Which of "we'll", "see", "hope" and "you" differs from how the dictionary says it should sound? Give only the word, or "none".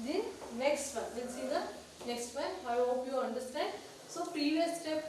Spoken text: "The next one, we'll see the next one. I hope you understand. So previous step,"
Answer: we'll